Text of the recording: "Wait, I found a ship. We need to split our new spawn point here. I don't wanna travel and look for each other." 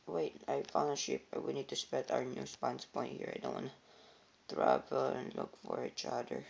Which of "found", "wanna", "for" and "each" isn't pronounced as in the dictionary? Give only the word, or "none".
found